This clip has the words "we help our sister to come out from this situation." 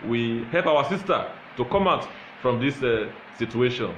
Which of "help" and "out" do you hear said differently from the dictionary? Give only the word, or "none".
none